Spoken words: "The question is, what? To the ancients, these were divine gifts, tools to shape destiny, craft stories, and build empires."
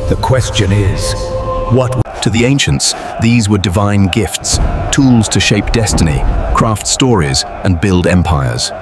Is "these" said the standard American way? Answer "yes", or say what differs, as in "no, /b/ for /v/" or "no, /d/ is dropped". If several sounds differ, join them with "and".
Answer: yes